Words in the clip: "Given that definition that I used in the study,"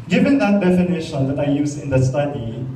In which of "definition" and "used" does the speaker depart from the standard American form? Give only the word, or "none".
used